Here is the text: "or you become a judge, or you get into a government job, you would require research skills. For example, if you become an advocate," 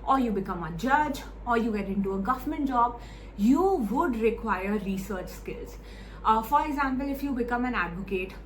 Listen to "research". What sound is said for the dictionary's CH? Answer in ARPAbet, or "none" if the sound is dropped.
CH